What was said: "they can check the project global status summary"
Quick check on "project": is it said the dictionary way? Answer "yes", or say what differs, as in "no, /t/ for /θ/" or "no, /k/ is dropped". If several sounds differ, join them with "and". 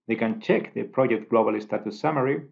yes